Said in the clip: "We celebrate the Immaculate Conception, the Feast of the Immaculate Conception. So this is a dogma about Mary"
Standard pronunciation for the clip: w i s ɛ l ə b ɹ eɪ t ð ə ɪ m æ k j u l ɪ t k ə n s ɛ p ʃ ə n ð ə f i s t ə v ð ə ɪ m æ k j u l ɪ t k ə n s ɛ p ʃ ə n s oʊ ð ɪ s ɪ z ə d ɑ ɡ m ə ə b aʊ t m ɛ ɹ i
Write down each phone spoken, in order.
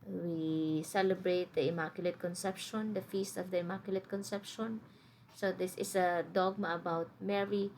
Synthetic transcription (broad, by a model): w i s ɛ l ə b ɹ eɪ t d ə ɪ m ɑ k j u l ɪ t k ə n s ɛ p ʃ ə n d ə f i s t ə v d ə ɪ m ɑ k j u l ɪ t k ə n s ɛ p ʃ ə n s oʊ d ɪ s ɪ s ə d ɑ ɡ m ə ə b aʊ t m ɛ ɹ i